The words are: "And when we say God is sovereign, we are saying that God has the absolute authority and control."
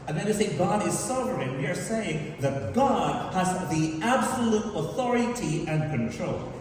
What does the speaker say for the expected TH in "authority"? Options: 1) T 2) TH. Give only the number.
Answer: 2